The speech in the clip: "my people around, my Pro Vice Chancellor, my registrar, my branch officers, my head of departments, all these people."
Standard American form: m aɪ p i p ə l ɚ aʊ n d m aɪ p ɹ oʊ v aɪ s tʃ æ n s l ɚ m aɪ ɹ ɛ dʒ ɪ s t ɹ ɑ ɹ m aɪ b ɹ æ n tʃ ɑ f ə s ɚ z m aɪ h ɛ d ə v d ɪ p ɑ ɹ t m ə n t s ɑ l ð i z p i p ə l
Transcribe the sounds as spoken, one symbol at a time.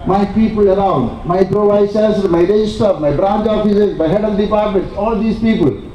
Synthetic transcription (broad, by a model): m aɪ p i p ə l ɚ aʊ n d m aɪ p ɹ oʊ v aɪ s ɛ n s ɚ m aɪ ɹ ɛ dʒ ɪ s t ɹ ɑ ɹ m aɪ b ɹ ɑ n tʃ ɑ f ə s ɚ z m aɪ h ɛ d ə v d ɪ p ɑ ɹ t m ə n t s ɑ l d i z p i p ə l